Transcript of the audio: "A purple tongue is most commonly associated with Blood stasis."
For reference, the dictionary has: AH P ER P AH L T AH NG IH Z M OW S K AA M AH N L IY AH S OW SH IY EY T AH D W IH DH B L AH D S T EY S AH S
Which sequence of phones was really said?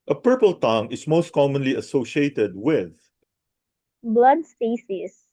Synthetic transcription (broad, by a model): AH P ER P AH L T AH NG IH S M OW S K AA M AH N L IY AH S OW SH IY EY T AH D W IH DH B L AH D S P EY S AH S